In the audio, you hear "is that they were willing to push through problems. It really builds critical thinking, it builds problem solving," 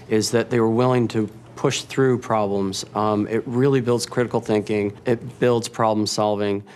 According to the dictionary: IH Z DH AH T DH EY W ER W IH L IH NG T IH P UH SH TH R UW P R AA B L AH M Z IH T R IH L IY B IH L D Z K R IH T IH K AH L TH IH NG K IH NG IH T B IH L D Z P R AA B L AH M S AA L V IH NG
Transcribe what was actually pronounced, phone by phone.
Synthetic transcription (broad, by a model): IH Z DH AH T DH EY W ER W IH L IH NG T IH P UH SH TH R UW P R AA B L AH M Z IH T R IH L IY B IH L D Z K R IH T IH K L TH IH NG K IH NG IH T B IH L D Z P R AA B L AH M S AA L V IH NG